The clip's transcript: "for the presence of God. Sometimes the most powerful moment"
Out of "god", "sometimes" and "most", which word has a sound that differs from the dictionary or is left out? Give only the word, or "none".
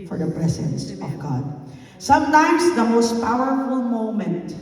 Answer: none